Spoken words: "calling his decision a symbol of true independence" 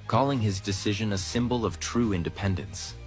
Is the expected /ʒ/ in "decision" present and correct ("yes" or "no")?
yes